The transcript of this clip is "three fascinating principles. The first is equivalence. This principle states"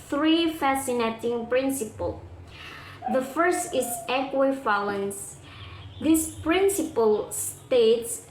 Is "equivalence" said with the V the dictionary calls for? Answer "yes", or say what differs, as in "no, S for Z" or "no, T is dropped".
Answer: no, F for V